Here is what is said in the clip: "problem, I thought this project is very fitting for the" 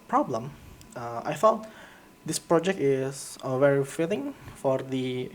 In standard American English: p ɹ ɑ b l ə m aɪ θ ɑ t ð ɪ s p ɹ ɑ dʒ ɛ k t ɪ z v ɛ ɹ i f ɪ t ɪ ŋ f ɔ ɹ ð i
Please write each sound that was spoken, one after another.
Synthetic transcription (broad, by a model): p ɹ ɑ b l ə m aɪ f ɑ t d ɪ s p ɹ ɑ dʒ ɛ k t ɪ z v ɛ ɹ i f ɪ t ɪ ŋ f ɔ ɹ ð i